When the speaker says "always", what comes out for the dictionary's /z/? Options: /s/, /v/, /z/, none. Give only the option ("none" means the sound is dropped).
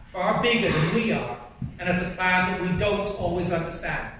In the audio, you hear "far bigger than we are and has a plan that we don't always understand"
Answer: /z/